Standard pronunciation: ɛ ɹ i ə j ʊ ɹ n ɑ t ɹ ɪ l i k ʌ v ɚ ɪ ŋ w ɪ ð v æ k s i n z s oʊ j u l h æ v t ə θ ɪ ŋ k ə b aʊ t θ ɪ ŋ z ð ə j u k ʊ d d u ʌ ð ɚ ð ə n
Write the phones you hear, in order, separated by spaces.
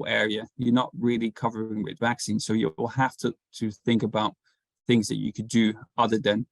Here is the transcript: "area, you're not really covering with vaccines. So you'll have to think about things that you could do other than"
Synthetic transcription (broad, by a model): ɛ ɹ i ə j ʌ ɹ n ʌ t ɹ ɪ l i k ʌ v ɚ ɪ ŋ w ɪ ð v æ k s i n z s oʊ j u l h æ f t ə θ ɪ ŋ k ə b aʊ t θ ɪ ŋ z ð ə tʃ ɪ k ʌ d d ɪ ʌ ð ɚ ð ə n